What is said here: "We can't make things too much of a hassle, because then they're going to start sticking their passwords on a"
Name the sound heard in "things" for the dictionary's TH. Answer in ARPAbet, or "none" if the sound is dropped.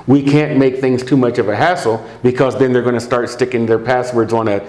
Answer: TH